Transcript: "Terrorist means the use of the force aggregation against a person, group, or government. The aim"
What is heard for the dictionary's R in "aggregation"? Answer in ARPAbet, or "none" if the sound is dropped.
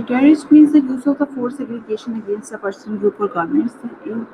L